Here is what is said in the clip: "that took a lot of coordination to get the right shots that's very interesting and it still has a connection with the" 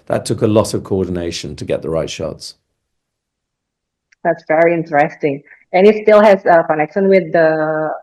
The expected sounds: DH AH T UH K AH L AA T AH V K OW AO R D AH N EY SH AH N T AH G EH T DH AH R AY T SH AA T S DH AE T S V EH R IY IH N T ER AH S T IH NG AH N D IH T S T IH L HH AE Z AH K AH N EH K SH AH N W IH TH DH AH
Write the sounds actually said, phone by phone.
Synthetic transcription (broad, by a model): DH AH T UH K AH L AA T AH V K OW AO D N EY SH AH N T AH G EH T DH AH R AY T SH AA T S DH AE T S V EH R IY IH N T ER AH S T IH NG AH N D IH T S T IH L HH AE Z AH K AH N EH K SH AH N W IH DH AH